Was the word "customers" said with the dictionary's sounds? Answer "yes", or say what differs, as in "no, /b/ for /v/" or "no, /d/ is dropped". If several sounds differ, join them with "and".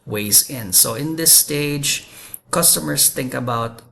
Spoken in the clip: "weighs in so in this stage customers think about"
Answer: no, /s/ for /z/